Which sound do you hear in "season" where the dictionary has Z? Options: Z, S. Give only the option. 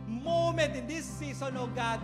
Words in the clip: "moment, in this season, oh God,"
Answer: S